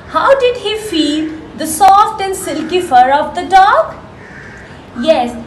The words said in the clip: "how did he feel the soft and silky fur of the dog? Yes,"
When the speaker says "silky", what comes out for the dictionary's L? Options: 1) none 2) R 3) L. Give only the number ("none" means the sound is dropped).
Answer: 3